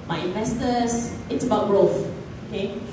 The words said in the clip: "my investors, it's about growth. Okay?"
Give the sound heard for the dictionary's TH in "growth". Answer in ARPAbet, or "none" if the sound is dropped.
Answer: F